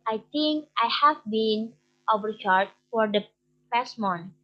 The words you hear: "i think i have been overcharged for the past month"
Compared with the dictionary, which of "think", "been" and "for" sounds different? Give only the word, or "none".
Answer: think